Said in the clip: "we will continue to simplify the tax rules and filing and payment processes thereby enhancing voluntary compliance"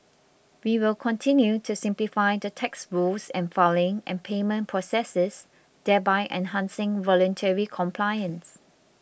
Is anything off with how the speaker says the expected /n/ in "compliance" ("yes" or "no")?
no